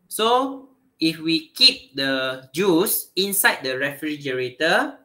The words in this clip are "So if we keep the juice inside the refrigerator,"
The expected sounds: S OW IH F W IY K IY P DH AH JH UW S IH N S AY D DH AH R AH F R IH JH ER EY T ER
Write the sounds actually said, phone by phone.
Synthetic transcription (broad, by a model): S OW IH F W IY K IY P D AH JH UW S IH N S AY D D AH R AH F R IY JH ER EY T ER